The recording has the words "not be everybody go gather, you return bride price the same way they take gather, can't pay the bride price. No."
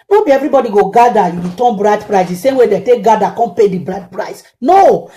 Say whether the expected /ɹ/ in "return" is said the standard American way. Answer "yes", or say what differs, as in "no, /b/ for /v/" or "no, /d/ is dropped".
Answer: no, /w/ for /ɹ/